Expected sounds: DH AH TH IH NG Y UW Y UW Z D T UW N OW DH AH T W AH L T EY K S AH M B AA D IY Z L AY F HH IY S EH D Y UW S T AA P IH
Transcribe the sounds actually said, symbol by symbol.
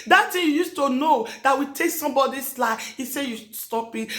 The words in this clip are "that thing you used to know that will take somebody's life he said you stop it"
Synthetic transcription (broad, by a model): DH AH S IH Y UW Y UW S T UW N OW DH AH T W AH T EY K S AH M B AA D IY S L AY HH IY S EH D Y UW S T AA P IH